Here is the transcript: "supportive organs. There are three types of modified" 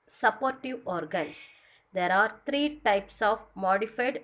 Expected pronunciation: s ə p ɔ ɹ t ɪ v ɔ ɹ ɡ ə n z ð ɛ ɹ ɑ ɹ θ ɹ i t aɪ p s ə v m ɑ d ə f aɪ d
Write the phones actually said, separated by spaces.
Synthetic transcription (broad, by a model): s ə p ɔ ɹ t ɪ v ɔ ɹ ɡ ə n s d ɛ ɹ ɑ ɹ t ɹ i t aɪ p s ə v m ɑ d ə f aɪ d